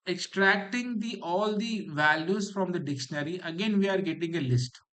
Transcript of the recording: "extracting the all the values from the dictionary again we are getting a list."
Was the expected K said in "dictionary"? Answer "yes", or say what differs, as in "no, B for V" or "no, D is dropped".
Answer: yes